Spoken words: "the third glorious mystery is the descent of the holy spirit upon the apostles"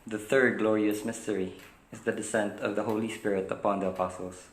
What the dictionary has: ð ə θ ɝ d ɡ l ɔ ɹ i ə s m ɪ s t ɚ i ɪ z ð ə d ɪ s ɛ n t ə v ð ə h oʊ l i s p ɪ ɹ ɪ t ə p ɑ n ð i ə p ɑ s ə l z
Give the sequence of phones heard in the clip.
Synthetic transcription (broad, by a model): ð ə θ ɝ d ɡ l ɔ ɹ i ə s m ɪ s t ɚ i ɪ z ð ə d ɪ s ɛ n t ə v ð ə h oʊ l i s p ɪ ɹ ɪ t ə p ɑ n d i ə p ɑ s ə l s